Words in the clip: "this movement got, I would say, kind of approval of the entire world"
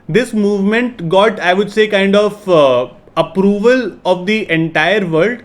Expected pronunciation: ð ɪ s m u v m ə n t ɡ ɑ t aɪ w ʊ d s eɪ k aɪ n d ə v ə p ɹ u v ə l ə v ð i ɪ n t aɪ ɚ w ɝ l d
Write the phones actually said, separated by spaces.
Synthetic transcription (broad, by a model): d ɪ s m u v m ə n t ɡ ɑ t aɪ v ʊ d s eɪ k aɪ n d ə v ə p ɹ u v ə l ə v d i ɪ n t aɪ ɚ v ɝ l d